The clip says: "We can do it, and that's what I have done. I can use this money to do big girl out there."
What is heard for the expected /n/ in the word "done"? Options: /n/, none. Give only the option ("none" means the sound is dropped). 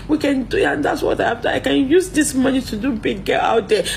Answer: none